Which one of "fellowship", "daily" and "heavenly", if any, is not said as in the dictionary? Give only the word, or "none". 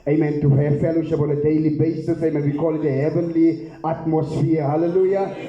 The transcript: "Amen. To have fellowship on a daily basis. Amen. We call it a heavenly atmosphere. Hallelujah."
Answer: fellowship